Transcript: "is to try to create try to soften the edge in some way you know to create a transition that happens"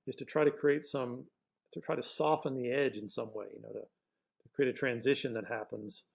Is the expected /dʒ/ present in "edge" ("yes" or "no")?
yes